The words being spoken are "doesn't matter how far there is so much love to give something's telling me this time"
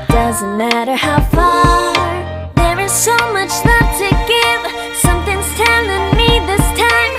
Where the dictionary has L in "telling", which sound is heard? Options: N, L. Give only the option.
N